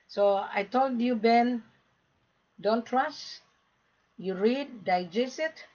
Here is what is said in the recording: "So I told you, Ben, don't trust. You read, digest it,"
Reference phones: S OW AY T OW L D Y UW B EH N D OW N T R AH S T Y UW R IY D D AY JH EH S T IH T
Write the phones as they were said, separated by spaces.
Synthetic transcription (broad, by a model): S OW AY T OW L D Y UW B EH N D OW N T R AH S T Y UW R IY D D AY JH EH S IH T